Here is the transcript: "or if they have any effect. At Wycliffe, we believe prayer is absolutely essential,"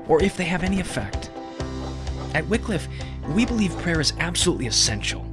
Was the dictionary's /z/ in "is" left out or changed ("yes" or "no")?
no